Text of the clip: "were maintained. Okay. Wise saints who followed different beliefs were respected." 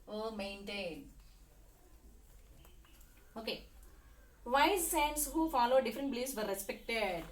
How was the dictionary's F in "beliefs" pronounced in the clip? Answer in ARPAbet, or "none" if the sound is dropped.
none